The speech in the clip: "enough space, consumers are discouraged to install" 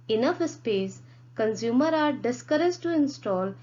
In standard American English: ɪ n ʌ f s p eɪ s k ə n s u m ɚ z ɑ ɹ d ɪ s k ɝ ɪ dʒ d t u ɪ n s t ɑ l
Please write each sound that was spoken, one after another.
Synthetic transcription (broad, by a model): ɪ n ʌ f s p eɪ s k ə n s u m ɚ ɑ ɹ d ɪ s k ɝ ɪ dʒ t u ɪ n s t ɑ l